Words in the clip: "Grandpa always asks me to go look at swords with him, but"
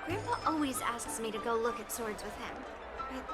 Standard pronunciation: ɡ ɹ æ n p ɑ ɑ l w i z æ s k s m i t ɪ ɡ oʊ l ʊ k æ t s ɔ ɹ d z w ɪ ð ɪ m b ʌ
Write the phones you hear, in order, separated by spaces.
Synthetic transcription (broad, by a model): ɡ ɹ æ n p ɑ ɑ l w i z æ s k s m i t ɪ ɡ oʊ l ʊ k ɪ t s ɔ ɹ d z w ɪ ð ɪ m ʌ